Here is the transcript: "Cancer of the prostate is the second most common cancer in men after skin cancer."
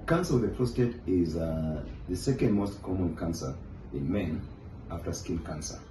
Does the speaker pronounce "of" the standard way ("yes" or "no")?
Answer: no